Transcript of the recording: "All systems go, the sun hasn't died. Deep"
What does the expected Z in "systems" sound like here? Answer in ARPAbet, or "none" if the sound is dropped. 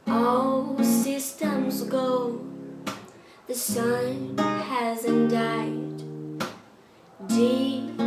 Z